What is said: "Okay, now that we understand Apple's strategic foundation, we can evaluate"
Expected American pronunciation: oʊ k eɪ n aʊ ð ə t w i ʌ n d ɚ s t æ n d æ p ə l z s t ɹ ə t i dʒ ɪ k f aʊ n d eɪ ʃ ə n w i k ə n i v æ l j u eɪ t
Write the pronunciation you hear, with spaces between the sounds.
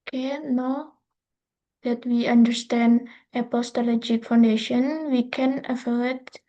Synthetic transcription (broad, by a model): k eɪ n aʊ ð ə t w i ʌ n d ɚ s t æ n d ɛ p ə s t ə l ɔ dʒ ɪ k f aʊ n d eɪ ʃ ə n w i k ə n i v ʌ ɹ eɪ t